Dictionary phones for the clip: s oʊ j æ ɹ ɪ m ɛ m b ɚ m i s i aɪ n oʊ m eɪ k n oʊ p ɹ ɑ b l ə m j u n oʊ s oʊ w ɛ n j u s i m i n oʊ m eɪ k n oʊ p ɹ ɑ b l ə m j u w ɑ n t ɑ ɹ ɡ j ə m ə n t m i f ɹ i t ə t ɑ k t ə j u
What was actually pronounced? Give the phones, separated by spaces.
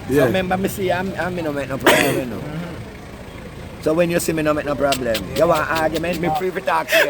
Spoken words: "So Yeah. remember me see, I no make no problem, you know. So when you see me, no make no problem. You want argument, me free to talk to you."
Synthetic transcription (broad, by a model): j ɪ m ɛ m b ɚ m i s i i n oʊ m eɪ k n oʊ p ɹ ɑ b l ə m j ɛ n oʊ s oʊ w ɛ n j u s i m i n oʊ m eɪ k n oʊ p ɹ ɑ b l ə m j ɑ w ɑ t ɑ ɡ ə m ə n m i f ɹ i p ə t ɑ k